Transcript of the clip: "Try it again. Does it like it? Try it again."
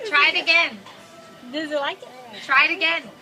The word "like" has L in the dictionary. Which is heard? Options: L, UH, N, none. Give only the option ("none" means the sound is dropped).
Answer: L